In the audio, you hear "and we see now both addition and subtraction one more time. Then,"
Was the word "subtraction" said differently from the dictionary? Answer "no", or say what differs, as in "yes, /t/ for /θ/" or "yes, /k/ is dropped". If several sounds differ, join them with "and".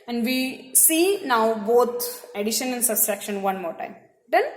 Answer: yes, /s/ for /t/